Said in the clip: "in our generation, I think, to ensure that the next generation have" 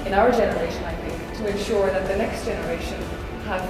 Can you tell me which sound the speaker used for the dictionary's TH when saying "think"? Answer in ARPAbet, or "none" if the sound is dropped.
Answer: TH